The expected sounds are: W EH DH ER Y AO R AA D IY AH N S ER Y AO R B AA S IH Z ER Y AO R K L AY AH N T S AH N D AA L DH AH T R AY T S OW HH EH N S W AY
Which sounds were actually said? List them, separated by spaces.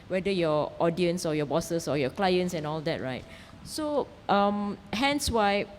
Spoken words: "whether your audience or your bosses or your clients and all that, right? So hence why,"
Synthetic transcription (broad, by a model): W EH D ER Y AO AA D IY AH N S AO Y AO B AA S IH S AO Y AO K L AY AH N T S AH N AA L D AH T R AY T S OW HH EH N S W AY